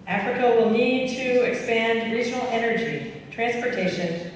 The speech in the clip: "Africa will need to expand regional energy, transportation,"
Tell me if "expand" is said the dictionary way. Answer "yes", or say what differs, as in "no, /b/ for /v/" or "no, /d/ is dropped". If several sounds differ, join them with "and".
yes